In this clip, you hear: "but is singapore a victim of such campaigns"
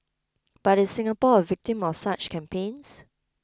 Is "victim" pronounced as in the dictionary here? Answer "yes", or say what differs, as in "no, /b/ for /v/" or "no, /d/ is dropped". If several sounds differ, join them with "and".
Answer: yes